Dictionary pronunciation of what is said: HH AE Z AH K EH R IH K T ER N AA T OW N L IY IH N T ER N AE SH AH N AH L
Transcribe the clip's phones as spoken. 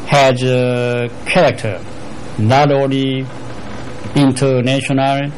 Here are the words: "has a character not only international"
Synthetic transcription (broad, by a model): HH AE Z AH K EH R IH K T ER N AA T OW L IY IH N T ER N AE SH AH N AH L